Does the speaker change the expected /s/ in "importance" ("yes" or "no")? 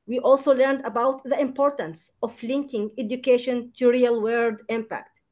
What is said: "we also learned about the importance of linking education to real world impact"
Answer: no